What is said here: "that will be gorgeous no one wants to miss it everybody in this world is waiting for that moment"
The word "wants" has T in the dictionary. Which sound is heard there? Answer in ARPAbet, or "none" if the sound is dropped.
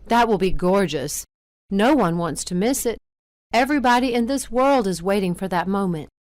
T